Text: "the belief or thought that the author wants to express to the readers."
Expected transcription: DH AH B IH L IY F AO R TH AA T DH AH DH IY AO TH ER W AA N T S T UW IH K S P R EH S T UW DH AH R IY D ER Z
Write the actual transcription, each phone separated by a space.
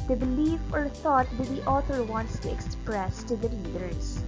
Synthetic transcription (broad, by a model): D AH B IH L IY F AO R T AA T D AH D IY AO T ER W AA N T S T UW IH K S P R EH S T UW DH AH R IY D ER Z